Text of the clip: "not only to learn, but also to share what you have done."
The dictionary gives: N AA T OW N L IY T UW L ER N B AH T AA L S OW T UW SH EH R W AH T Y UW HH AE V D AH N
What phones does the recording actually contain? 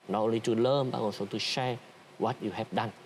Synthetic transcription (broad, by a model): N AA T OW N L IY T UW L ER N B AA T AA N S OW T UW SH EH W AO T Y UW HH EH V D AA N